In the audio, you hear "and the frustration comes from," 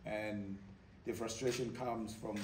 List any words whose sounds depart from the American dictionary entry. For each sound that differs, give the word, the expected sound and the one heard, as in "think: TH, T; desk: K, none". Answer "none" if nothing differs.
none